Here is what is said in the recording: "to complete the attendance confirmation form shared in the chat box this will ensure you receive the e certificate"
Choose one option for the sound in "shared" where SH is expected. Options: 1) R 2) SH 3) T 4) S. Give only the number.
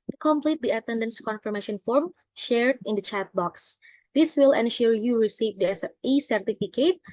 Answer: 2